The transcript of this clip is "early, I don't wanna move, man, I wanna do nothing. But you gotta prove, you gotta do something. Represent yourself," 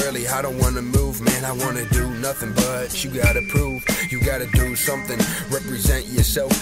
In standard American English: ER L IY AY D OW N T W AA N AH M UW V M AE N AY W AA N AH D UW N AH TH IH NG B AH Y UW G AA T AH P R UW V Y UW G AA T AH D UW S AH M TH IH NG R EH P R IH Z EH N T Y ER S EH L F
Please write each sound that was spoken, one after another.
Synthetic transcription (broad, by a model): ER L IY AY D OW N T W AA N AH M UW V M AE N AY W AA N AH D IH N AH TH IH NG B AH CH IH G AA T AH P R UW V Y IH G AA T AH D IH S AH M TH IH NG R EH P R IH Z EH N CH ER S EH L F